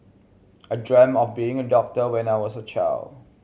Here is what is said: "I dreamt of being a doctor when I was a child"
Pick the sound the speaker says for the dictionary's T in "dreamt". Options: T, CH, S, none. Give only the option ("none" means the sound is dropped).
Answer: none